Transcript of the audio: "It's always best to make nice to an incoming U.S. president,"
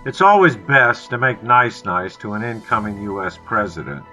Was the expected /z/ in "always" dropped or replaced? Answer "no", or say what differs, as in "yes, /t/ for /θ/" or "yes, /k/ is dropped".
no